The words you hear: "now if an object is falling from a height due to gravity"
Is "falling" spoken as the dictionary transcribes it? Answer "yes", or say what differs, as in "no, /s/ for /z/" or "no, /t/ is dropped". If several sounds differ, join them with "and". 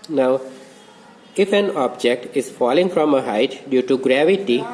yes